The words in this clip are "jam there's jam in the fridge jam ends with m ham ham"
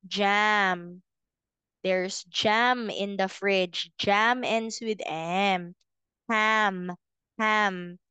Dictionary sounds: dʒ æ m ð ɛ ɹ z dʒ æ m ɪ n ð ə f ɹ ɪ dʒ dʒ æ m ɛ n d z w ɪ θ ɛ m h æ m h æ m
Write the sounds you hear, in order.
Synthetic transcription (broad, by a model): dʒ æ m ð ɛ ɹ s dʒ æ m ɪ n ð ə f ɹ ɪ dʒ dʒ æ m ɛ n d s w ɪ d ɛ m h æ m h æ m